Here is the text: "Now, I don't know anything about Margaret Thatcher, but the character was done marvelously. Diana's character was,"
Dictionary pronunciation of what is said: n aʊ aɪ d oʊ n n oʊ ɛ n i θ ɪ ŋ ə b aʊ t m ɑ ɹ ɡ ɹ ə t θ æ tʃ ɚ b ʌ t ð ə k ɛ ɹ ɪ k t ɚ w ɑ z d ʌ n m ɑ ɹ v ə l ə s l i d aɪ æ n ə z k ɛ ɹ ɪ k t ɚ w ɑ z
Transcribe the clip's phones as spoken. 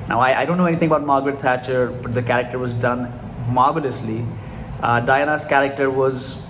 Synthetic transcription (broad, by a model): n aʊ aɪ d oʊ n n oʊ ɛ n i t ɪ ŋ ə b aʊ t m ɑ ɹ ɡ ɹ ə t t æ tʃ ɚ b ʌ t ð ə k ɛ ɹ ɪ k t ɚ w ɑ z d ʌ n m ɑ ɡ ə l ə s l i d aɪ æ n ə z k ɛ ɹ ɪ k t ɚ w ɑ z